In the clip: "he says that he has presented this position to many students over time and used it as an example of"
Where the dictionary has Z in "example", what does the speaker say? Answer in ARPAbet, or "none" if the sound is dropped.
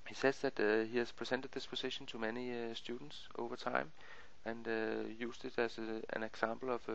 S